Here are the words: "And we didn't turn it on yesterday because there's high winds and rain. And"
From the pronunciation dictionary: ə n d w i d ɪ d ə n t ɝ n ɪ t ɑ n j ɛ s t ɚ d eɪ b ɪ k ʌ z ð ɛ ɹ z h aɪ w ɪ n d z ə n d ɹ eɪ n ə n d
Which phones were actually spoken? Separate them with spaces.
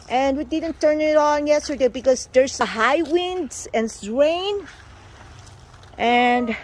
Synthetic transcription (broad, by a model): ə n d w i d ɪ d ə n t ɝ n ɪ t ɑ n j ɛ s t ɚ d eɪ b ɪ k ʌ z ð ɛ ɹ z h aɪ w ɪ n d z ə n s ɹ eɪ n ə n d